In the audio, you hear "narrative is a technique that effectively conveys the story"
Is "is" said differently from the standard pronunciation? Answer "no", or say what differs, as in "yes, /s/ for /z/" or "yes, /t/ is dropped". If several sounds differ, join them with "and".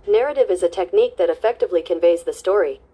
no